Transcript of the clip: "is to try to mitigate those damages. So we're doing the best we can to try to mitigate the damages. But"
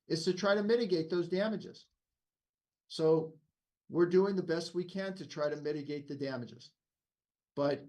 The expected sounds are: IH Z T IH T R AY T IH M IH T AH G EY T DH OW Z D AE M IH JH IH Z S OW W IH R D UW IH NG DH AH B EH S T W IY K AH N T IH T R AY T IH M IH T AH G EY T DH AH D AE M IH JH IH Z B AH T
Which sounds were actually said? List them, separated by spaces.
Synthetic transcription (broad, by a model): IH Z T IH T R AY T IH M IH T AH G EY T DH OW Z D AE M IH JH IH Z S OW W IH R D UW IH NG DH AH B EH S T W IY K AH N T IH T R AY T IH M IH T AH G EY T DH AH D AE M IH JH IH Z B AH T